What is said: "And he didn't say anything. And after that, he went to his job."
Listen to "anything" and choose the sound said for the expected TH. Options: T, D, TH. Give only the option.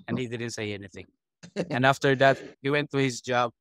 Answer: TH